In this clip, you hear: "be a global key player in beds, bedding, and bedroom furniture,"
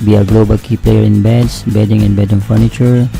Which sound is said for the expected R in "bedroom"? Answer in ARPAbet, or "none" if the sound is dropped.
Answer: none